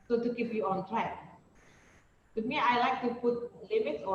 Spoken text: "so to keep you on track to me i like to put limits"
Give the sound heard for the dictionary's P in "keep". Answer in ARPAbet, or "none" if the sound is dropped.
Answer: F